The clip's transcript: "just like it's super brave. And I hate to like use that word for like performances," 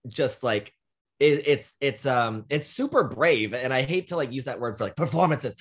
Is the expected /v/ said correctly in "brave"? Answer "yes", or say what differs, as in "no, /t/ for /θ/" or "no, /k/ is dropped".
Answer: yes